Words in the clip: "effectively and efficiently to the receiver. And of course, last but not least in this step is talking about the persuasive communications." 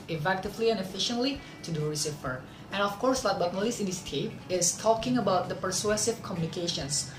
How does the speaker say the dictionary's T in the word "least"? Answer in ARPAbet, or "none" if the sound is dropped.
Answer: none